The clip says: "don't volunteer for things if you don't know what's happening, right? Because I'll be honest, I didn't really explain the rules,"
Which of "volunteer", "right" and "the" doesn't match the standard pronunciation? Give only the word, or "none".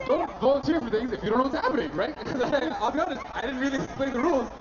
volunteer